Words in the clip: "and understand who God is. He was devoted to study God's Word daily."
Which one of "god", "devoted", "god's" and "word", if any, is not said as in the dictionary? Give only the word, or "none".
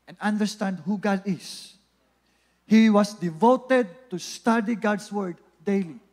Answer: god's